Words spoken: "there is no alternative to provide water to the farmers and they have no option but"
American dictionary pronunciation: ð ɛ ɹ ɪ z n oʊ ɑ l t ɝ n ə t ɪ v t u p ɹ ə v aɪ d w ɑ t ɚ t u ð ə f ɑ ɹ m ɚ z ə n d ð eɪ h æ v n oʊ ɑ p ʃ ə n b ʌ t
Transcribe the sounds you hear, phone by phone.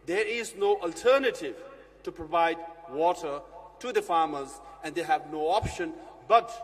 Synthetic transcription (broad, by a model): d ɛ ɹ ɪ z n oʊ ɑ l t ɝ n ə t ɪ v t u p ɹ ə v aɪ d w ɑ t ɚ t u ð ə f ɑ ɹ m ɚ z ə n d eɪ h æ v n oʊ ɑ p ʃ ə n b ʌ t